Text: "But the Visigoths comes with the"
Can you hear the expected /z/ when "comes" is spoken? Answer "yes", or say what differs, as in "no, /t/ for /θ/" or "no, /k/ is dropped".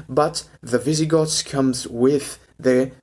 yes